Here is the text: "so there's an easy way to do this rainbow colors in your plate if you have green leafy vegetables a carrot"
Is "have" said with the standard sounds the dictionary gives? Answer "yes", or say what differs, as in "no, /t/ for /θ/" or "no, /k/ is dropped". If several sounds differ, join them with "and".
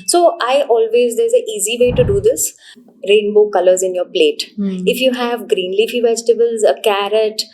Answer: yes